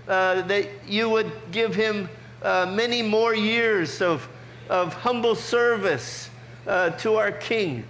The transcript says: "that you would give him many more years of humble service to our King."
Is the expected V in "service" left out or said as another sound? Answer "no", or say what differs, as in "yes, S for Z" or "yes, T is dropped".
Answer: no